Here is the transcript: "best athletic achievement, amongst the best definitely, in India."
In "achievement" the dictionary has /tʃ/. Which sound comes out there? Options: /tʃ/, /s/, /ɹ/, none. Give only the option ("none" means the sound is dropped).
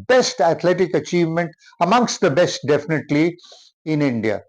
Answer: /tʃ/